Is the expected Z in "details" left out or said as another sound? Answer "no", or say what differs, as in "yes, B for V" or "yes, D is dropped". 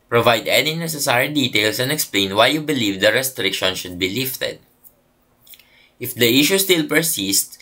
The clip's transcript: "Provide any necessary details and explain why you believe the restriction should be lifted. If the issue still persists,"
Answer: yes, S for Z